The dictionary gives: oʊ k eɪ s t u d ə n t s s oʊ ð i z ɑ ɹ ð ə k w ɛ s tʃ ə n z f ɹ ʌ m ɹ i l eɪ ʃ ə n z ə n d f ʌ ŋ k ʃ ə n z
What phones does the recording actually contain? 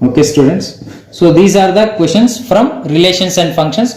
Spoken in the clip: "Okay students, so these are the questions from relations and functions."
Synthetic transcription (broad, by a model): oʊ k eɪ s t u d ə n t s s oʊ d i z ɑ ɹ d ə k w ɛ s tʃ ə n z f ɹ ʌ m ɹ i l eɪ ʃ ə n s ə n d f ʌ ŋ k ʃ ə n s